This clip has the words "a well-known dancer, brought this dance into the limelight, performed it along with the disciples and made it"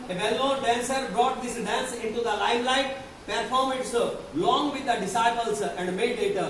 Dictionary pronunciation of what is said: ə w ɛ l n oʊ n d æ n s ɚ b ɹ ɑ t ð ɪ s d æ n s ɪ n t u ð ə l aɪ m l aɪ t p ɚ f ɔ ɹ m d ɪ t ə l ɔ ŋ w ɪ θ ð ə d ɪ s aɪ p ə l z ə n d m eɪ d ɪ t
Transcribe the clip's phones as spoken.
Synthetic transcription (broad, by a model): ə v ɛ l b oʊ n d æ n s ɚ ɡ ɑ t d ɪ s d æ n s ɪ n t u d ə l aɪ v l aɪ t p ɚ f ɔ ɹ m ɪ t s l ɔ ŋ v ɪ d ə d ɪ s aɪ p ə l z ə n d m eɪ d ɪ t